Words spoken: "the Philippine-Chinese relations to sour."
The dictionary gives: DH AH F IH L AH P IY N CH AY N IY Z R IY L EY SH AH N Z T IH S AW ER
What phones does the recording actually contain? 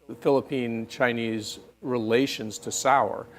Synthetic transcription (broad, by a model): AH F IH L AH P IY N CH AY N IY Z R IY L EY SH AH N Z T IH S AW ER